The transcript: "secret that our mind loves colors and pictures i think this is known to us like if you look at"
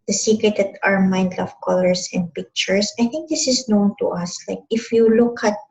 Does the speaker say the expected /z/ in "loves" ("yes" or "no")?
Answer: no